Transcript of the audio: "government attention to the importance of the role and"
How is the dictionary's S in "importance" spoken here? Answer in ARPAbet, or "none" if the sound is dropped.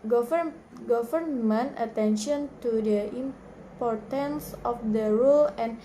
S